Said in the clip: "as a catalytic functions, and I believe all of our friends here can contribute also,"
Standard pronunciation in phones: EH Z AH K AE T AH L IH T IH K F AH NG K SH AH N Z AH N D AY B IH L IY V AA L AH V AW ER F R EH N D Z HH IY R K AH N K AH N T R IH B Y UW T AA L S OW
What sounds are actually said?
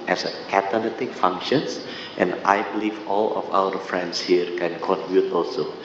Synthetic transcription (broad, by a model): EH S AH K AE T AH N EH T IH K F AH NG K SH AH N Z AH N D AY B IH L IY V AA L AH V AW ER F R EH N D S HH IY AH K AH N K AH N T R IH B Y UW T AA L S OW